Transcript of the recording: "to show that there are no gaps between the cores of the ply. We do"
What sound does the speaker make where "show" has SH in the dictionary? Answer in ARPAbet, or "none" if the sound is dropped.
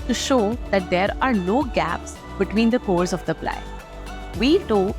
SH